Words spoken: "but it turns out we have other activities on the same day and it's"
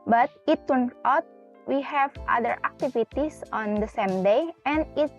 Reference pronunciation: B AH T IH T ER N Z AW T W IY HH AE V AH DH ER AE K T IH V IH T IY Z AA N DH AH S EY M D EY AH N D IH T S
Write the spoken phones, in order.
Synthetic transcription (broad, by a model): B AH T IH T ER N AW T W IY HH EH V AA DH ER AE K T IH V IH T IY S AA N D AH S EY M D EY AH N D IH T